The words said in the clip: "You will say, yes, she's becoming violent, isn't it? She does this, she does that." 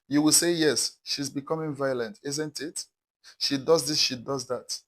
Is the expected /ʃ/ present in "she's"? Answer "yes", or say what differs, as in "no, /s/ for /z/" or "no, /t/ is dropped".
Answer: yes